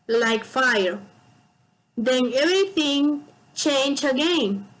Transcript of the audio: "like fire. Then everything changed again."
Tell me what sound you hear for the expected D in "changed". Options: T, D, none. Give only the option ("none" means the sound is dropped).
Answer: none